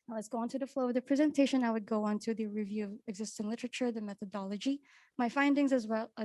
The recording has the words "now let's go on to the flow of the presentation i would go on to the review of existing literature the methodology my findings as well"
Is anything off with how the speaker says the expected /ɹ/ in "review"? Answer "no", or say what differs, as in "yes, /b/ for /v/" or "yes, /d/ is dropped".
no